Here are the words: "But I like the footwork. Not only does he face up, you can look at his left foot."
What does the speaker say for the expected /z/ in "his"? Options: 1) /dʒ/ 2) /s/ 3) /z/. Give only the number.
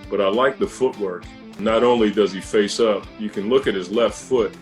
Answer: 3